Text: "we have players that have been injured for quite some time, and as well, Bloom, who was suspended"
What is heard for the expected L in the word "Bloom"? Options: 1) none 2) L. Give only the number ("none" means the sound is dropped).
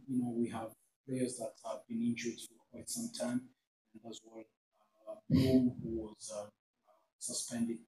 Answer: 1